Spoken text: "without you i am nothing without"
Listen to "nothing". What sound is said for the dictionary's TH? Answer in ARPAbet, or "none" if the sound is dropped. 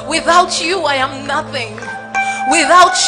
TH